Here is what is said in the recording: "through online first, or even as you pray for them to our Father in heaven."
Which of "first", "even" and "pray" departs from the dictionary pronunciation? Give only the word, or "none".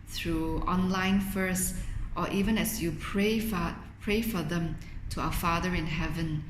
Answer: none